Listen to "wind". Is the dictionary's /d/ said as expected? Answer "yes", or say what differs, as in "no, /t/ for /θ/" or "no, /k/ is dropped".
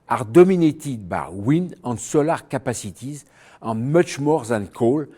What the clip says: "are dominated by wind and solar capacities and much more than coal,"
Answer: no, /d/ is dropped